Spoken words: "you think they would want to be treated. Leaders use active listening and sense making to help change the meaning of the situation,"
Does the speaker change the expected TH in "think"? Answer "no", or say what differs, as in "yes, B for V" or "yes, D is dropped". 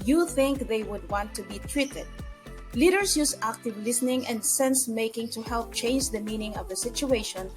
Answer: no